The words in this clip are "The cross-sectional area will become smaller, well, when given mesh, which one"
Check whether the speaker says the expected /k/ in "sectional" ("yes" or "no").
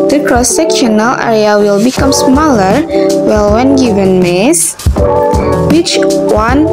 yes